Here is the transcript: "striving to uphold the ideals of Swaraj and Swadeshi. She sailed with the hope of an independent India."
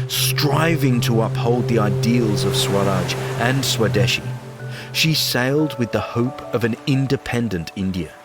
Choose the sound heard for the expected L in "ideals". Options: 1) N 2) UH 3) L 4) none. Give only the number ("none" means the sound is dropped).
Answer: 3